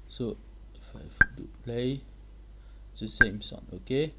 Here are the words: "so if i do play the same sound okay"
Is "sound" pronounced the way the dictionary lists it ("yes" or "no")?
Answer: no